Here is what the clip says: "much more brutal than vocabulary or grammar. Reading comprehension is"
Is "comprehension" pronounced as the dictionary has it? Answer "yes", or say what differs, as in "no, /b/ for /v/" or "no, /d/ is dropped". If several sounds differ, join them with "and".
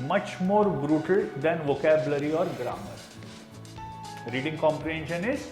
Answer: yes